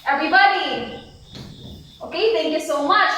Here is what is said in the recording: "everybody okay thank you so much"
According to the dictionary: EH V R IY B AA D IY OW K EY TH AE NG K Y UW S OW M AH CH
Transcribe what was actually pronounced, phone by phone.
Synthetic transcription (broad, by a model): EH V R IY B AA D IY OW K EY T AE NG K Y UW S OW M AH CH